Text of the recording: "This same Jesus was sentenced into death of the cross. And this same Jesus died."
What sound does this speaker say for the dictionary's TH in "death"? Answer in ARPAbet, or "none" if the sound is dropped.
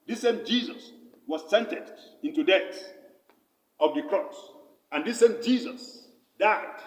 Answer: S